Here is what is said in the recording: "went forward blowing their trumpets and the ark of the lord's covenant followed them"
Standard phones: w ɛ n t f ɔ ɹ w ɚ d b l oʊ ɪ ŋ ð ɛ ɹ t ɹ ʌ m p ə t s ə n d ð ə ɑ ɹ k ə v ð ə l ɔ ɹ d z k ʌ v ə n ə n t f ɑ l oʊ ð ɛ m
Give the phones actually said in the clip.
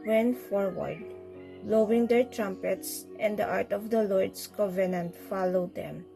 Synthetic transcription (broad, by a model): w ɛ n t f ɔ ɹ w ɚ d l oʊ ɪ ŋ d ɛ ɹ t ɹ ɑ m p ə t s ə n d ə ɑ ɹ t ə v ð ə l ɔ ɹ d s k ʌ v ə n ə n t f ɑ l oʊ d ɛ m